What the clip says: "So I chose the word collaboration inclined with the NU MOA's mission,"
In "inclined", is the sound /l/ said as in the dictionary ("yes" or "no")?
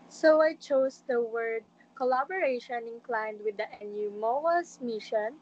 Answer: yes